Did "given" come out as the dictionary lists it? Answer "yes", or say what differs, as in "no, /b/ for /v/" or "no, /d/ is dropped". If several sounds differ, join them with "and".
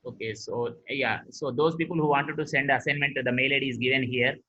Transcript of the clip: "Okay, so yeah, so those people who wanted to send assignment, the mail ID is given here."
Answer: yes